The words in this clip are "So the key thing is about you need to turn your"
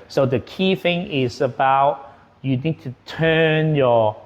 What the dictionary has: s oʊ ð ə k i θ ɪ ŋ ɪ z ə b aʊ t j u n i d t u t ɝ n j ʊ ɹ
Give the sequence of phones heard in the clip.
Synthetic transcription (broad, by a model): s oʊ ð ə k i θ ɪ ŋ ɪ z ə b aʊ t j u n i d t u t ɝ n j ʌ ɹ